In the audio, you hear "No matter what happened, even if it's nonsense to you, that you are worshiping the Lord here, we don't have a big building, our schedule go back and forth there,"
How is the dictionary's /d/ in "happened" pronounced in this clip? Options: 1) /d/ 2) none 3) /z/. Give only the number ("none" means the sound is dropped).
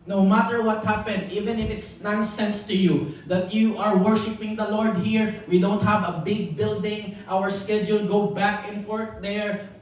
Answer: 1